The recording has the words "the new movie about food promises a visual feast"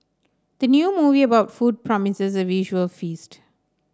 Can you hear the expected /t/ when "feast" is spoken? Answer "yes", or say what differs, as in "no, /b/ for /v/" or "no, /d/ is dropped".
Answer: yes